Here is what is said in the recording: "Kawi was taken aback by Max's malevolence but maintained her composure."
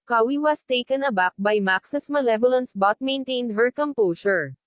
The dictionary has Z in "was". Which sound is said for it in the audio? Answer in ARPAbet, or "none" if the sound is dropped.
S